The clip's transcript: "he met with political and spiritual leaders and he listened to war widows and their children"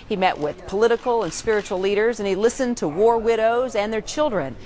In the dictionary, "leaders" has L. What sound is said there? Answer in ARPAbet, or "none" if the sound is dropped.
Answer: L